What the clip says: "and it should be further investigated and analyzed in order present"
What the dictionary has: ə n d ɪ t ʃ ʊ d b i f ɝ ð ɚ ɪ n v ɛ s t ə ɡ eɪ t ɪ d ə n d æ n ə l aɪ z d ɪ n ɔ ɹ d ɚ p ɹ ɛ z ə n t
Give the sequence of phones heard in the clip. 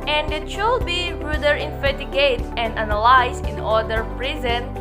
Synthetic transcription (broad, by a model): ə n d ɪ t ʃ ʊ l b i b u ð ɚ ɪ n f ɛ t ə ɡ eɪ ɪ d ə n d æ n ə l aɪ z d ɪ n ɔ ɹ d ɚ p ɹ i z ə n